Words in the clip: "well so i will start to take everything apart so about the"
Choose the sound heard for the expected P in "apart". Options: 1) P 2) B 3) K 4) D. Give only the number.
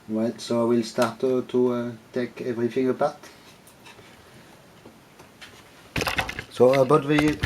2